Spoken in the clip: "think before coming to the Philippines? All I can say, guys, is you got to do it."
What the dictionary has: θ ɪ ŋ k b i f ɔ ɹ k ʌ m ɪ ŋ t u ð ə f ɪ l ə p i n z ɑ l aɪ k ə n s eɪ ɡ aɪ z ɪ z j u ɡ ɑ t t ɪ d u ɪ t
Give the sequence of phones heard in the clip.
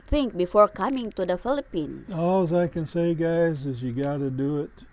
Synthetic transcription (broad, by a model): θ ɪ ŋ k b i f ɔ ɹ k ʌ m ɪ ŋ t u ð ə f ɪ l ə p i n s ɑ l aɪ k ə n s eɪ ɡ aɪ z ɪ z j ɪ ɡ ɑ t t ɪ d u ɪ t